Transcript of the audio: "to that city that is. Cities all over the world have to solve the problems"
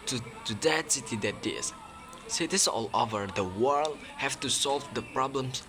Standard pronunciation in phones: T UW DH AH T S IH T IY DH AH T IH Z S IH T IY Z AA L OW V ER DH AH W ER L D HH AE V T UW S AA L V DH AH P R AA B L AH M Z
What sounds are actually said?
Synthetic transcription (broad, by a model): T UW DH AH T S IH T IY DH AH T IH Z S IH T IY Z AA L OW V ER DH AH W ER L D HH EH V T UW S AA L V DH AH P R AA B L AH M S